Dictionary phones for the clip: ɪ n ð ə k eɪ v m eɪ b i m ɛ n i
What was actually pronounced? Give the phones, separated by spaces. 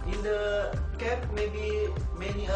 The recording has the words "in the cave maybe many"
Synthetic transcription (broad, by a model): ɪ n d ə k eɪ p m eɪ b i m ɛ n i